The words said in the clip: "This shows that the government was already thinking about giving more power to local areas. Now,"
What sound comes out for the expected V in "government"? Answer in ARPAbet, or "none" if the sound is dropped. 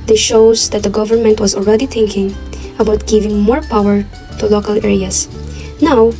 V